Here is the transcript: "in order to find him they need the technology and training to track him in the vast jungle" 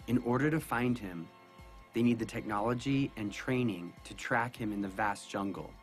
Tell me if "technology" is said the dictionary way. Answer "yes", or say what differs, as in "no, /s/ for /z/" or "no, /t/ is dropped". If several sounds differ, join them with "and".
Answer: yes